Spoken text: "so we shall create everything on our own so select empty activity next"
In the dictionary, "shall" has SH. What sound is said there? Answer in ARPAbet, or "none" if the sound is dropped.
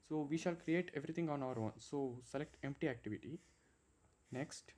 SH